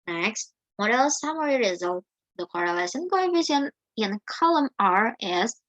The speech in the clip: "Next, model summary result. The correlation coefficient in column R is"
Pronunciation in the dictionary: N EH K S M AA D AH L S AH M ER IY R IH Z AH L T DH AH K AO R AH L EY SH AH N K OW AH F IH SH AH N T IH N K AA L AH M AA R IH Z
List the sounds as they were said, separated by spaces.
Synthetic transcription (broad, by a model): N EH K S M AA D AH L S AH M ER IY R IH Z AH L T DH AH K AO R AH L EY S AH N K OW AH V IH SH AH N IH N K AA L AH M AA R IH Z